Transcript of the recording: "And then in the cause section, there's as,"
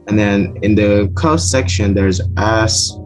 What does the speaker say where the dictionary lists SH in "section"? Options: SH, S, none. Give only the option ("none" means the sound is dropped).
SH